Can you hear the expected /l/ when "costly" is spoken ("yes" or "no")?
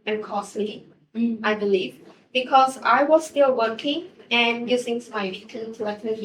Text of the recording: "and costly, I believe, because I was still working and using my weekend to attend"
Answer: no